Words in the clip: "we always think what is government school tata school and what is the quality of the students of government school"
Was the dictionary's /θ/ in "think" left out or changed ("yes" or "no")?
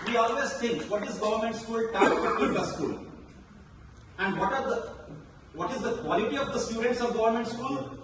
yes